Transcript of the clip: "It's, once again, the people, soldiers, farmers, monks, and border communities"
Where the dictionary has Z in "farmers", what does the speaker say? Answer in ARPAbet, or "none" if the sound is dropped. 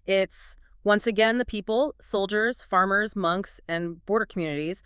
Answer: Z